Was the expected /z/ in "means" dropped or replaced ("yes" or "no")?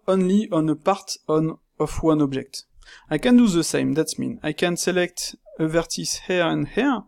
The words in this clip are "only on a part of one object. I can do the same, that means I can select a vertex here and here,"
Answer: yes